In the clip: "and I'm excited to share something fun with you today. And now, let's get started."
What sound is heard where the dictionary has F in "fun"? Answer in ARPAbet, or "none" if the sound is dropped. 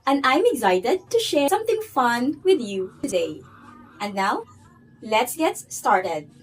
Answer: F